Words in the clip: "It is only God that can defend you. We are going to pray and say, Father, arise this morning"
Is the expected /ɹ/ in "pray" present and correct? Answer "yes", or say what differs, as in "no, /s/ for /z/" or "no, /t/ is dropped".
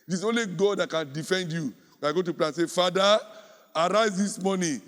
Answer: no, /l/ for /ɹ/